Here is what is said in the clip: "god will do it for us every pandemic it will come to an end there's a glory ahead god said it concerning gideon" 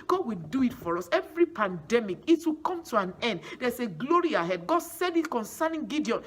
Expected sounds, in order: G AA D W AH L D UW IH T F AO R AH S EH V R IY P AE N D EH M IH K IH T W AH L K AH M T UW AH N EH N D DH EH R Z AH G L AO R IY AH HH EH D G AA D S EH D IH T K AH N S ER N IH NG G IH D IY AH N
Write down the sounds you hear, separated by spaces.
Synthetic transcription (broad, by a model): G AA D W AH D UW IH T F AO R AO S EH V R IY P AE N D EH M IH K IH T W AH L K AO M T UW AH N EH N D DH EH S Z AH G L AO R IY AH HH EH D G AA D S EH D IH T K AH N S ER N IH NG G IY D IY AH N